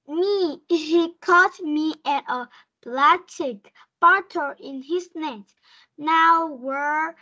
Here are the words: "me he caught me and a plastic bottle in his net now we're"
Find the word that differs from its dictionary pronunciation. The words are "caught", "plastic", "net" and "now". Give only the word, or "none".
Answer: plastic